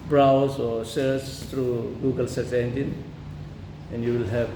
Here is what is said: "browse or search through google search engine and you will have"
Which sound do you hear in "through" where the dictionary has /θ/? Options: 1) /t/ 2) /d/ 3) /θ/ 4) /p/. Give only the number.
1